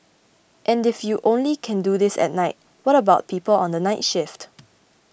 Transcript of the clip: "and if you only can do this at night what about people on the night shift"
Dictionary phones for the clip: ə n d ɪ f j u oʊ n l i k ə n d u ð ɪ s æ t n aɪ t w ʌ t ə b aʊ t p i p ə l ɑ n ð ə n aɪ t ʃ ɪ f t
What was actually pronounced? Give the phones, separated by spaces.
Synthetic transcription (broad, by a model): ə n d ɪ f j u oʊ n l i k ə n d u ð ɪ s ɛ t n aɪ t w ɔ t ə b aʊ t p i p ə l ɑ n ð ə n aɪ t ʃ ɪ f t